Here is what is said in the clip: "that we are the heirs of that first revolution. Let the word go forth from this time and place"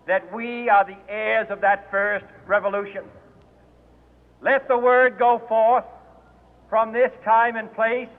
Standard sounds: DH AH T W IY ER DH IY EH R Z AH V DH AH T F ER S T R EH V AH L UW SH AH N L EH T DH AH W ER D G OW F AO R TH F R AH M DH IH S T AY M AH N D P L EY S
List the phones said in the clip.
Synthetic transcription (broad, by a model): DH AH T W IY ER DH IY EH R Z AH V DH AH T F ER S T R EH V AH L UW SH AH N L EH T DH AH W ER D G OW F AO R TH F R AH M DH IH S T AY M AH N P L EY S